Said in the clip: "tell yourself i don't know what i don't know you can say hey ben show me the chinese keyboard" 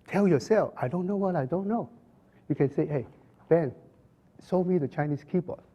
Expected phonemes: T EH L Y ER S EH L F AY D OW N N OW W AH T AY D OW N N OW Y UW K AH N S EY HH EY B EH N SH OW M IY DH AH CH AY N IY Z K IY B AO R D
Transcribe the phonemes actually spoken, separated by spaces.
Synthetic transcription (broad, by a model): T EH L Y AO S EH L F AY D OW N N OW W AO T AY D OW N N OW Y UW K AH N S EY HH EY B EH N S OW M IY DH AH CH AY N IY S K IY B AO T